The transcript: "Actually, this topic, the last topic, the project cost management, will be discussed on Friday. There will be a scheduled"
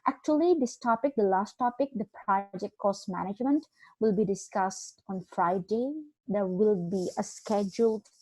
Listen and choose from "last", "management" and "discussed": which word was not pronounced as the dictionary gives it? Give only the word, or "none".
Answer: none